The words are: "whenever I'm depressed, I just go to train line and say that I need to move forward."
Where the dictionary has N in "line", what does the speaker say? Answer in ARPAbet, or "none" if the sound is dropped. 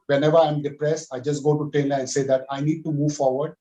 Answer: none